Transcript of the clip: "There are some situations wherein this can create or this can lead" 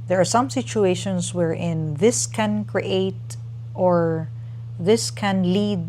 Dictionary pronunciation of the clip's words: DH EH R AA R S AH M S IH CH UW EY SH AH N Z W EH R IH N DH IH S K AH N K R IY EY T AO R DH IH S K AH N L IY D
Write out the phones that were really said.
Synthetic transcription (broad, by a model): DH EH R AA R S AH M S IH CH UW EY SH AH N S W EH R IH N DH IH S K AH N K R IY EY T AO R DH IH S K AH N L IY D